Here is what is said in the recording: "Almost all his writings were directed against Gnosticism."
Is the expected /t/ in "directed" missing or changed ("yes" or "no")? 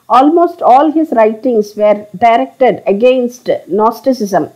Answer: no